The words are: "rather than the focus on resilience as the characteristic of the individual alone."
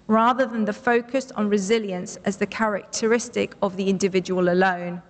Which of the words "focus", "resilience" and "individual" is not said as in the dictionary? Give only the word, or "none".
none